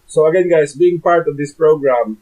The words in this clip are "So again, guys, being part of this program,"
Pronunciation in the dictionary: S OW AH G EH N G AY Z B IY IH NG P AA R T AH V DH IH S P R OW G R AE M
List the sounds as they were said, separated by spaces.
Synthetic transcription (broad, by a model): S OW AH G EH N G AY S B IY IH NG P AA R T AH V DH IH S P R OW G R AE M